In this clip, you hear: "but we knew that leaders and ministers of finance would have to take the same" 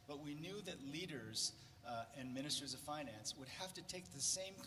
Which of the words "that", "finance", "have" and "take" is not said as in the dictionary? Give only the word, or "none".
have